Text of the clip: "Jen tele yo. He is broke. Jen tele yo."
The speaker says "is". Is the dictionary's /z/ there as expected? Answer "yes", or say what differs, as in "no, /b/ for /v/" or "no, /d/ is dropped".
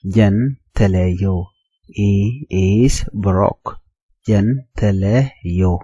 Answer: no, /s/ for /z/